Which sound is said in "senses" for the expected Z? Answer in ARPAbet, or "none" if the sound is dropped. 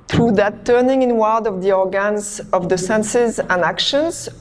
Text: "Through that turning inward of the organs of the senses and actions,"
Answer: Z